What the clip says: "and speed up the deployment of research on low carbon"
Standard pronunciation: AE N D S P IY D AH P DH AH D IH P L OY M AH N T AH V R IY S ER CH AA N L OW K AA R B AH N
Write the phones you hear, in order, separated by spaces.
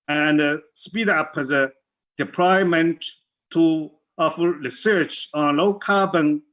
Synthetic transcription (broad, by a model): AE N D S P IY D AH P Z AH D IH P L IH M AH N T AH F R IY S ER CH AA N L OW K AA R B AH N